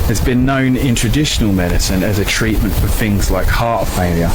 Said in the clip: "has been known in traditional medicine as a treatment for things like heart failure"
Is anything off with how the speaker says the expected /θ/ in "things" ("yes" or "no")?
no